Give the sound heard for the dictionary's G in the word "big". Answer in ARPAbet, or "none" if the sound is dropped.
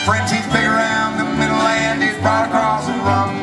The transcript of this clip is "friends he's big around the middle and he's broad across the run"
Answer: none